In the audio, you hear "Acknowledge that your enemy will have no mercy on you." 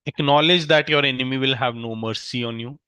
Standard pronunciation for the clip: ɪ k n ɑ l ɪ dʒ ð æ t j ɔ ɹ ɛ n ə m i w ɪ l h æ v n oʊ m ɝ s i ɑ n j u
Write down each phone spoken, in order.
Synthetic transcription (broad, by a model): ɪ k n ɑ l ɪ dʒ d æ t j ɔ ɹ ɛ n ə m i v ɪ l h æ v n oʊ m ɝ s i ɑ n j u